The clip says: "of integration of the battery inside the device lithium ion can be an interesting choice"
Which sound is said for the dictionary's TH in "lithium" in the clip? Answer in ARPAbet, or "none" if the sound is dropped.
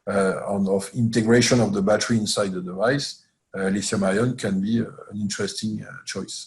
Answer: S